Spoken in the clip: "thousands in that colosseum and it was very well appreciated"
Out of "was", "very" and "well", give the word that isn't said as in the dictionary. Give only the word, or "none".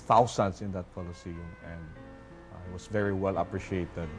was